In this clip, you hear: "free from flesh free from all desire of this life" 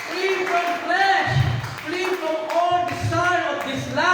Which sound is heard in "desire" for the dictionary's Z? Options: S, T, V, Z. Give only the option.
S